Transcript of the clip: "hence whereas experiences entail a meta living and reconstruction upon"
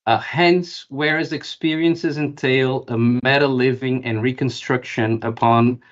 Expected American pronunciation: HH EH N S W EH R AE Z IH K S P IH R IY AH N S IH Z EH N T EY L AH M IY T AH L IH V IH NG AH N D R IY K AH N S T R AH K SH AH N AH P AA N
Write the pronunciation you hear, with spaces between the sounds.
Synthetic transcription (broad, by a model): HH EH N S W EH R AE Z IH K S P IH R IY AH N S IH Z EH N T EY L AH M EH T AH L IH V IH NG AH N R IY K AH N S T R AH K SH AH N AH P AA N